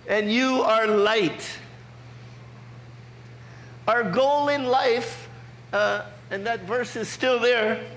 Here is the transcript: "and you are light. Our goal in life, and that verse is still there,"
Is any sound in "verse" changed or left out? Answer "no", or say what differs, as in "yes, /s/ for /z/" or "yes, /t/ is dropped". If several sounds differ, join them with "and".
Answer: no